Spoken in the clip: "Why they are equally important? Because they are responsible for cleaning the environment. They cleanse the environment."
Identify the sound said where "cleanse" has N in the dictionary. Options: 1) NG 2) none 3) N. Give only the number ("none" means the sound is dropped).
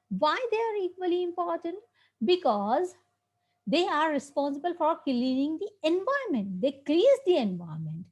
2